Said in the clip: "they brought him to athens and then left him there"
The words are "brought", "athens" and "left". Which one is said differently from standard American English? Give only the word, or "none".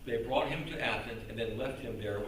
athens